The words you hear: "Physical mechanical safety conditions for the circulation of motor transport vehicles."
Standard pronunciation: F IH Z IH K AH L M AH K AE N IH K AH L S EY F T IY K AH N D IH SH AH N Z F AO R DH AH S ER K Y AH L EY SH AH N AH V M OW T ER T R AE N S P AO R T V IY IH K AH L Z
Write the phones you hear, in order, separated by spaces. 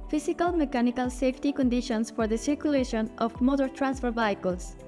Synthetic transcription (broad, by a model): F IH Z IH K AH L M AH K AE N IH K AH L S EY F T IY K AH N D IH SH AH N S F AO R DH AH S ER K Y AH L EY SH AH N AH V M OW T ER T R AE N S F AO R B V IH K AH L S